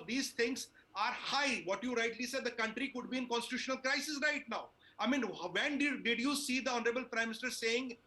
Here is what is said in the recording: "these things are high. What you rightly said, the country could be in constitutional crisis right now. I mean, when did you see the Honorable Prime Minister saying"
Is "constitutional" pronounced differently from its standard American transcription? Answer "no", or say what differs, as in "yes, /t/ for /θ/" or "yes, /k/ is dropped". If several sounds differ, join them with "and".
no